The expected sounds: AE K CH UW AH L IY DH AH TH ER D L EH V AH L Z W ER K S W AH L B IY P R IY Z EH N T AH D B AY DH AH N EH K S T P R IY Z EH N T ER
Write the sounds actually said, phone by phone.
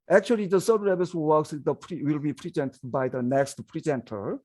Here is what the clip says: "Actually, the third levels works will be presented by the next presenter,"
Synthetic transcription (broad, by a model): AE K CH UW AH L IY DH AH S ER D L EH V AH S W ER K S W AH L B IY P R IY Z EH N T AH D B AY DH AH N EH K S T P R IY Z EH N T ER